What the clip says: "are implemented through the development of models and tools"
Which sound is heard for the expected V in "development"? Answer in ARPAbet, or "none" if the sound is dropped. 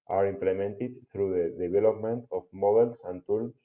B